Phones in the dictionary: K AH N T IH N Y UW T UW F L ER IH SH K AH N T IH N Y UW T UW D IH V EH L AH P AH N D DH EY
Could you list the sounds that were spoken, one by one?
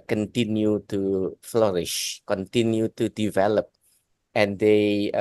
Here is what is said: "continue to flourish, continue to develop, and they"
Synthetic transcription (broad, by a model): K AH N T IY N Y UW T UW F L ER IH SH K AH N T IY N Y UW T UW D IH V EH L AH P AH N D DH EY